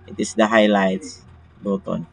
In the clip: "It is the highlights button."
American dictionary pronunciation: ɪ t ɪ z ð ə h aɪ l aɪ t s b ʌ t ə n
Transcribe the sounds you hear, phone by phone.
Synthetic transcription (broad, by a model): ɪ t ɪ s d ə h aɪ l aɪ t s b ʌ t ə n